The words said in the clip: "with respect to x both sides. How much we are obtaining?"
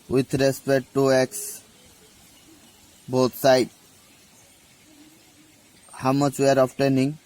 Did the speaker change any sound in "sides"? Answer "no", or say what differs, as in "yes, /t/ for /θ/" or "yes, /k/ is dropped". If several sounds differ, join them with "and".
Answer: yes, /z/ is dropped